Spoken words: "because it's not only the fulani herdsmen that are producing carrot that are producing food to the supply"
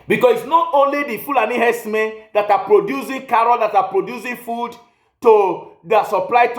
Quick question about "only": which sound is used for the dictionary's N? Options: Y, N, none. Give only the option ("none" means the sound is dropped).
N